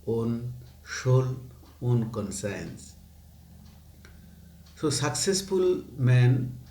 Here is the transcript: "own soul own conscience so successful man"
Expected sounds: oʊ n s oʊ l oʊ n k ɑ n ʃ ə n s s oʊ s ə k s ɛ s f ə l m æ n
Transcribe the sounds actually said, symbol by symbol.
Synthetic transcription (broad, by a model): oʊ n ʃ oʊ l oʊ n k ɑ n s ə n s s oʊ s ə k s ɛ s f ə l m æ n